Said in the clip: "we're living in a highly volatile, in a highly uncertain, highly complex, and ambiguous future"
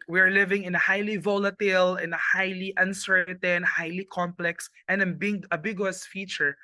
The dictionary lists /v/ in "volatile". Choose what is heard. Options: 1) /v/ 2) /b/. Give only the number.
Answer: 1